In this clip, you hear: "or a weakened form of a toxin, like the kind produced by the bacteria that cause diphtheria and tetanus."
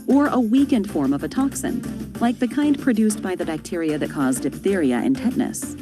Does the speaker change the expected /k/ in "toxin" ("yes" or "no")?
no